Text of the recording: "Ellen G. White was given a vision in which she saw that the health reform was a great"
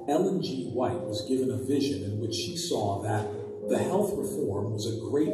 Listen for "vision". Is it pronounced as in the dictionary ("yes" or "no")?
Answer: yes